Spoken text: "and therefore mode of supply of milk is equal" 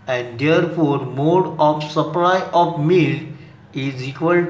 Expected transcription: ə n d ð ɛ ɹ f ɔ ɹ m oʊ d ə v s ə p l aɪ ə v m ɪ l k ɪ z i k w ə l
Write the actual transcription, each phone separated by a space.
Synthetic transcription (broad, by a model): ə n d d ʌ ɹ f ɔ ɹ m oʊ d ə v s ə p l aɪ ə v m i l ɪ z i k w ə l